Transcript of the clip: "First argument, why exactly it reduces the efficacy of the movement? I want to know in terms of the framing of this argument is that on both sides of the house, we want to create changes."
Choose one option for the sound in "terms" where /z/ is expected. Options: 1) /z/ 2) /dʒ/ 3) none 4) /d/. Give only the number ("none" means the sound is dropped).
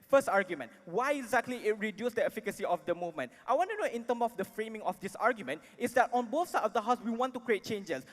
3